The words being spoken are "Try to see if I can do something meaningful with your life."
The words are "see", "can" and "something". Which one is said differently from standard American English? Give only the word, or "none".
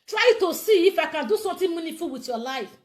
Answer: something